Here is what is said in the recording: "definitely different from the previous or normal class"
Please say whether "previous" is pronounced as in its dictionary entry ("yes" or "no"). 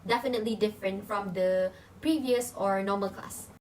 yes